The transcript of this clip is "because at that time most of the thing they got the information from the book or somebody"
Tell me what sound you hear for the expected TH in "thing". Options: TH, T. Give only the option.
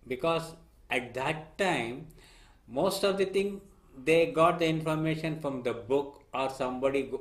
T